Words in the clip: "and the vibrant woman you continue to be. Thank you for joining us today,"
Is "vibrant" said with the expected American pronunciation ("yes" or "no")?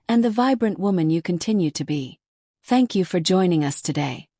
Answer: yes